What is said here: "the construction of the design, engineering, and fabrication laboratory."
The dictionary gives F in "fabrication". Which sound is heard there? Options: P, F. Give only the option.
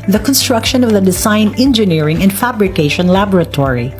F